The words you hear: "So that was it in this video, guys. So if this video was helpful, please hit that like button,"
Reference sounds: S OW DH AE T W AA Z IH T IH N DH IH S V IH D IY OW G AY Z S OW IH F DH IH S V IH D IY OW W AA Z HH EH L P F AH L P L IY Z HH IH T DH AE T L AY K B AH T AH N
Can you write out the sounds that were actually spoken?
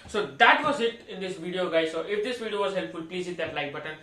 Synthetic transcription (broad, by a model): S OW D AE T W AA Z IH T IH N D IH S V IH D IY OW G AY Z S OW IH F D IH S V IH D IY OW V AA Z HH EH L P F AH L P L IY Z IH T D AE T L AY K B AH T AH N